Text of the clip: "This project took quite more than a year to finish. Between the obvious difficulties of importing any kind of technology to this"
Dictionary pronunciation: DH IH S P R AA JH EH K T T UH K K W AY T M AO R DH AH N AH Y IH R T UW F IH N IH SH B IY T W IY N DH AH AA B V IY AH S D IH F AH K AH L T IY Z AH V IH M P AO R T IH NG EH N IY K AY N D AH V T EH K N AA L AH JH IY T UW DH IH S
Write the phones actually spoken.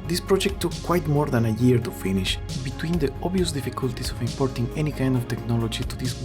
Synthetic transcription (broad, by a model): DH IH S P R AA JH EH K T T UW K K W AY T M AO R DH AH N AH Y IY R T UW F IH N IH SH B IY T W IY N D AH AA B IY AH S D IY F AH K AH L T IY S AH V IH M P AO R T IH NG EH N IY K AY N D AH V T EH K N AA L AH JH IY T UW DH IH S